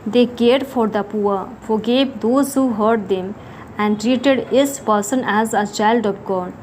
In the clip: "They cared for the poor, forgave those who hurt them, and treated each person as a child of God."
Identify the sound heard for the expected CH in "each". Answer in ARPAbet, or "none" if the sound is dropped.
S